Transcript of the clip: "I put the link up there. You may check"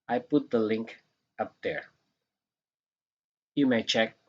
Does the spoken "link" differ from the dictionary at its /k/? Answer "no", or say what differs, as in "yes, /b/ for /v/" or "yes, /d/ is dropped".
no